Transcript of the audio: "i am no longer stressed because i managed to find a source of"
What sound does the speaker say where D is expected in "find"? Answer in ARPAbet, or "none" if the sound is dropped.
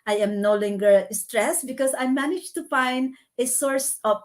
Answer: D